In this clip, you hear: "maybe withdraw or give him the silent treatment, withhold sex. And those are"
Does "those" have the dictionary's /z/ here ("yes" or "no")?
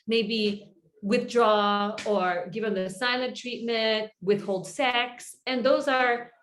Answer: yes